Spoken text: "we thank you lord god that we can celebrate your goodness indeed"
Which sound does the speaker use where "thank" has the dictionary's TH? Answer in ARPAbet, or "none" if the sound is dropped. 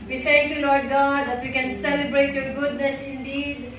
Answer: T